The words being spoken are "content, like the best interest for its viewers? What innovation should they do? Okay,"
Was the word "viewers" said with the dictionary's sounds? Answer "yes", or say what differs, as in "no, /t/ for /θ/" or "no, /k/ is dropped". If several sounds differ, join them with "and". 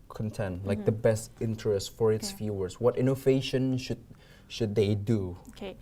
no, /f/ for /v/ and /s/ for /z/